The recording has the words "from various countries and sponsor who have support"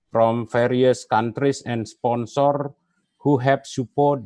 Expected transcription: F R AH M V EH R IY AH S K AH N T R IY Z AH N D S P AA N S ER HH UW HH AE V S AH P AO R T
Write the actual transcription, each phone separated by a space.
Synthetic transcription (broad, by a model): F R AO M F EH R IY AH S K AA N T R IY S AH N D S P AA N S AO HH UW HH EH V S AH P AO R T